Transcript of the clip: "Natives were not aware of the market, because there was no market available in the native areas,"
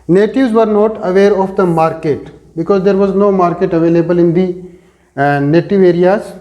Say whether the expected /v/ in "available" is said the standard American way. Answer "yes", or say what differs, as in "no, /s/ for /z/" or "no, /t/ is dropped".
yes